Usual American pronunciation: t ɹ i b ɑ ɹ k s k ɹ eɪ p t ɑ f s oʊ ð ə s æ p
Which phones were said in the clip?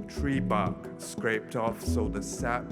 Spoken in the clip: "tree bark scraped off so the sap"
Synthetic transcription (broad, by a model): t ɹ i b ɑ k s k ɹ eɪ p t ɑ f s oʊ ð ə s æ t